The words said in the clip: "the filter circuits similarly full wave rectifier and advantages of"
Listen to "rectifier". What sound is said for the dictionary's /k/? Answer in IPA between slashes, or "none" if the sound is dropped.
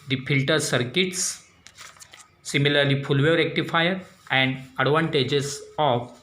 /k/